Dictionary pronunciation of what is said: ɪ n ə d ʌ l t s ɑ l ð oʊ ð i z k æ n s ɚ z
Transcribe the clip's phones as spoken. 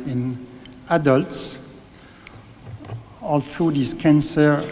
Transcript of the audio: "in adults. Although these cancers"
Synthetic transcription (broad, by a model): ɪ n ə d ʌ l t s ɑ l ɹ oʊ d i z k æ n s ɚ